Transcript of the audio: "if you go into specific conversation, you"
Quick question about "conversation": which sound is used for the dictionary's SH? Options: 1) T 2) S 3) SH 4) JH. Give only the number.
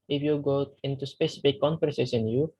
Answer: 2